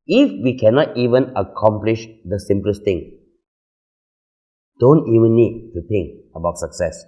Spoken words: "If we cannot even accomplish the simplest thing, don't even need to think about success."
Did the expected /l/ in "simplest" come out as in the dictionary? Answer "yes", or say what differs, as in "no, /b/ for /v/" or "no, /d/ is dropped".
yes